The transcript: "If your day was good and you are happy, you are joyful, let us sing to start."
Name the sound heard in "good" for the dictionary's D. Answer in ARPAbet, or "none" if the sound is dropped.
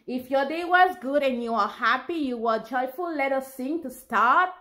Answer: D